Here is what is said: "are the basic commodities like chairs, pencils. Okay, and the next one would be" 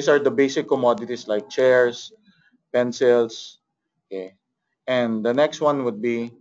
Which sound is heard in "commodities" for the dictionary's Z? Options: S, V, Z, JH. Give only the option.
S